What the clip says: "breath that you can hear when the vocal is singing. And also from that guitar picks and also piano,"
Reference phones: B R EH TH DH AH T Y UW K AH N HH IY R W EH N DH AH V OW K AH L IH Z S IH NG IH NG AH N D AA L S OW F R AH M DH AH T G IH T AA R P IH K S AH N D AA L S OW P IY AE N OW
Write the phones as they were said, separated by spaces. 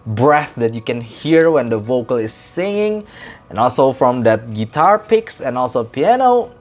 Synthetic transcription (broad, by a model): B R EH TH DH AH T Y UW K AH N HH IY R W EH N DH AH V OW K AH L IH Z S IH NG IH NG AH N AA L S OW F R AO M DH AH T G IH T AA R P IH K S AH N AA L S OW P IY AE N OW